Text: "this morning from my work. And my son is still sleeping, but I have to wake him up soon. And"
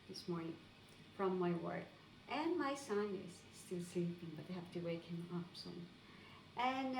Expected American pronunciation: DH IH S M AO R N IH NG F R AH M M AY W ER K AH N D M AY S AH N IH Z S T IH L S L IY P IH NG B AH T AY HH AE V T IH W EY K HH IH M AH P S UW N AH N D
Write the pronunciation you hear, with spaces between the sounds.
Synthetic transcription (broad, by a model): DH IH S M AO R N IH NG F R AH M M AY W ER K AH N M AY S AH N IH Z S T IH L S L IY P IH NG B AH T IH HH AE F T IH W EY K HH IH M AH P S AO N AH N